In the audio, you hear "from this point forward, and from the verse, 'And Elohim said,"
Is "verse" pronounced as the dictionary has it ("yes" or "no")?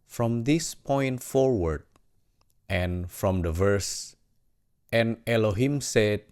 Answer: yes